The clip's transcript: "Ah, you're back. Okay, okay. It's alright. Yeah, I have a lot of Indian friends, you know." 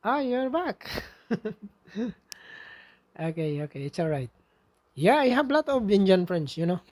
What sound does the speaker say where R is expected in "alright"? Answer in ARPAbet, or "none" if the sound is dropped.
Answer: R